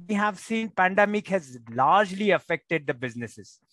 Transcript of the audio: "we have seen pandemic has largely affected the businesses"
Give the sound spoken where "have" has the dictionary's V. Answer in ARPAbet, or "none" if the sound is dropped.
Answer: V